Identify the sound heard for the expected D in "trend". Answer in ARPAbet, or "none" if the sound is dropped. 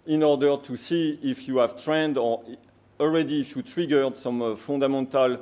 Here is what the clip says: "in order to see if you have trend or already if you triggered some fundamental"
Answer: D